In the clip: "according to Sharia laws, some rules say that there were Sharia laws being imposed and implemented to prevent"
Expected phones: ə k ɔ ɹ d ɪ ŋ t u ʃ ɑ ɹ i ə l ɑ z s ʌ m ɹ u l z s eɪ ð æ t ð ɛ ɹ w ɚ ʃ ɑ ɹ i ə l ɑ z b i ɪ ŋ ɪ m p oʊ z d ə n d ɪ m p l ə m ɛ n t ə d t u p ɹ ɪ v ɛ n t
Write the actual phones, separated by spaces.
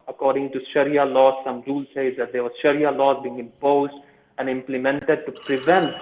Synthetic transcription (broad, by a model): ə k ɔ ɹ d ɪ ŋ t u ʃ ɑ ɹ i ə l ɑ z s ʌ m ɹ u l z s eɪ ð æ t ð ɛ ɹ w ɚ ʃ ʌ ɹ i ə l ɑ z b i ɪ ŋ ɪ m p oʊ z d ə n d ɪ m p l ə m ɛ n t ə d t u p ɹ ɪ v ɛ n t